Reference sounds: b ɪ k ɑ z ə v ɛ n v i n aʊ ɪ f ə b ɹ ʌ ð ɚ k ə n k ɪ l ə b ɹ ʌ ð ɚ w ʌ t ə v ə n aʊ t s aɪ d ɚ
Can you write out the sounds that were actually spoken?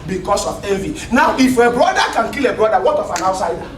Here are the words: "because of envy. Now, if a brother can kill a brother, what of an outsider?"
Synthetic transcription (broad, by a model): b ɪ k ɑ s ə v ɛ v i n aʊ ɪ f ə b ɹ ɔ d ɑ k ə n k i l ə b ɹ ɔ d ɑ w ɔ t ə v ə n aʊ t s aɪ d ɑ